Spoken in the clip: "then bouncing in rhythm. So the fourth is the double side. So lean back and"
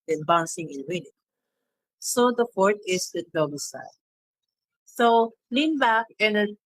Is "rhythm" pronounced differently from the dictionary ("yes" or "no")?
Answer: yes